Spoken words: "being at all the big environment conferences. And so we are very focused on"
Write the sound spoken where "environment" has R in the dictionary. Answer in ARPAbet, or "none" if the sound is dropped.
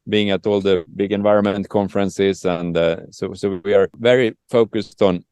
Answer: R